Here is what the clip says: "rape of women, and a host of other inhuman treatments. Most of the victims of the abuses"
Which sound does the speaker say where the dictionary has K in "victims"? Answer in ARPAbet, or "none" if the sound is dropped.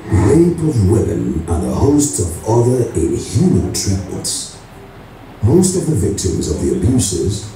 K